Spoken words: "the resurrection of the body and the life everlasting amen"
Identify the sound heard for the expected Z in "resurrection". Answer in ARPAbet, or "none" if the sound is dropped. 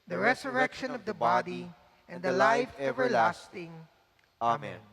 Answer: S